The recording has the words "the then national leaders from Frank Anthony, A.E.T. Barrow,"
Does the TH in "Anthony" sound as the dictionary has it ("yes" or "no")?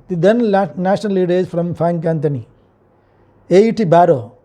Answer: no